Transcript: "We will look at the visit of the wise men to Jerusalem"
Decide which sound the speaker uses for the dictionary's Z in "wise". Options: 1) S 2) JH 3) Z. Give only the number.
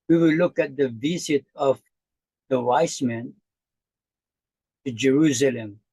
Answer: 1